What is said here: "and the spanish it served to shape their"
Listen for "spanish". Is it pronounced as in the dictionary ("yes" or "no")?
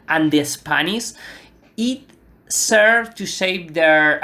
no